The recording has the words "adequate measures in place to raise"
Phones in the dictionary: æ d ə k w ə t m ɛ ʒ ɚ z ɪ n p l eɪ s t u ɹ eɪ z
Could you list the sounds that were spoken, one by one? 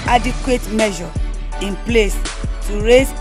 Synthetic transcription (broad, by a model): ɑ d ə k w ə t m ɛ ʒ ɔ ɪ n p l eɪ s t u ɹ eɪ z